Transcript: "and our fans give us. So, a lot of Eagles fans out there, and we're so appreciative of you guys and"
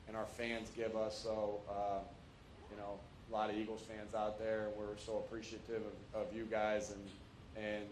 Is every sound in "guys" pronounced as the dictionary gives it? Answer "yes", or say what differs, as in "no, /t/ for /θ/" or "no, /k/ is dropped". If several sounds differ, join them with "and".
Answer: yes